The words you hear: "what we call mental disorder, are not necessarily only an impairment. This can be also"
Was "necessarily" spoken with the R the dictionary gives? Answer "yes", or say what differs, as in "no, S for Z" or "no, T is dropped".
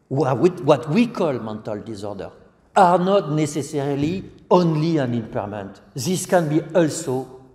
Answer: yes